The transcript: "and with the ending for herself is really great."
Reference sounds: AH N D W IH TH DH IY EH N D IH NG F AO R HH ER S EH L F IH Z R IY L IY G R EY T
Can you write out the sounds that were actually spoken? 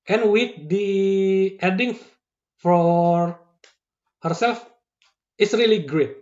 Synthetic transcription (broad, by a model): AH N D W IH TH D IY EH D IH NG F AO R HH ER S EH L F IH S R IY L IY G R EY T